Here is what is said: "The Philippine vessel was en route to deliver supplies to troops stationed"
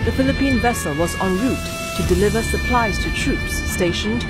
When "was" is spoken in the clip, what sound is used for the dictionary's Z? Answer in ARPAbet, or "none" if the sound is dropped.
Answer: Z